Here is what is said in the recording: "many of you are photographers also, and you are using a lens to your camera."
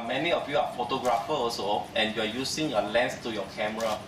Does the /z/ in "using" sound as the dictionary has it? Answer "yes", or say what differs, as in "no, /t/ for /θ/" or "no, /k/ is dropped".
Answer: no, /s/ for /z/